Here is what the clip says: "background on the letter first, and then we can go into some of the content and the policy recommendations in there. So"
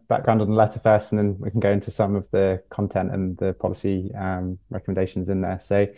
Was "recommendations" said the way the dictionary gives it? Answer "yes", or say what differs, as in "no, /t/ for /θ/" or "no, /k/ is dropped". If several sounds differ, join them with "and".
yes